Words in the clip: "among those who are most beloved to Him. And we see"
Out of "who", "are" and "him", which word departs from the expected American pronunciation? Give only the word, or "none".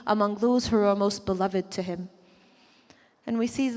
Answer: are